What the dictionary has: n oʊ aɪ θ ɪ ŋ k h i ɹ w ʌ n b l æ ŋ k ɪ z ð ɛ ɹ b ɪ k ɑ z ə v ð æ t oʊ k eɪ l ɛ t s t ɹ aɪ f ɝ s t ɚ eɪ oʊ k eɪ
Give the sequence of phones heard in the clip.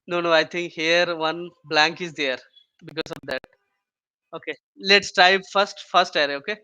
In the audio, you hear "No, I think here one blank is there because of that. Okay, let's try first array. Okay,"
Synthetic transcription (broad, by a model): n oʊ aɪ t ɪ ŋ k h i ɹ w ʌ n b l æ ŋ k ɪ z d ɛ ɹ b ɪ k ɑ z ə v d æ t oʊ k eɪ l ɛ t s t ɹ aɪ f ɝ s t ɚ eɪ oʊ k eɪ